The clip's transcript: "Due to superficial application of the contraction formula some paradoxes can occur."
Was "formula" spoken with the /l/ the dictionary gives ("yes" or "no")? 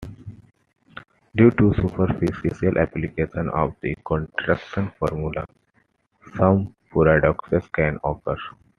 yes